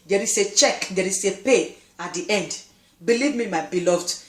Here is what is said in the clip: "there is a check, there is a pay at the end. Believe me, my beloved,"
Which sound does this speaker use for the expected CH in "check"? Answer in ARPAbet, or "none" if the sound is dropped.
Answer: CH